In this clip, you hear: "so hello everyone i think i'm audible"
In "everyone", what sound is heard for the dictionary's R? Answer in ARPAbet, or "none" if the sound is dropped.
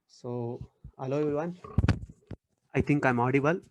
none